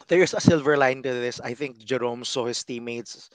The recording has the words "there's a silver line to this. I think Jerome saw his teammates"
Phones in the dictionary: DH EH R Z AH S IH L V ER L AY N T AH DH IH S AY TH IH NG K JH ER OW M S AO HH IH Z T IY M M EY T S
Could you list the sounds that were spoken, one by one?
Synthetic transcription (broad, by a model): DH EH R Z AH S IH L V ER L AY N T AH DH IH S AY TH IH NG K JH ER OW M S AO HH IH S T IY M M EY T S